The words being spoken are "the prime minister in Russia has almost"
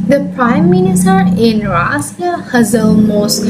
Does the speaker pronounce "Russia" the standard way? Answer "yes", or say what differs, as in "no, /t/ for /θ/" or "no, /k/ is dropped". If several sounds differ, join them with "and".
no, /s/ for /ʃ/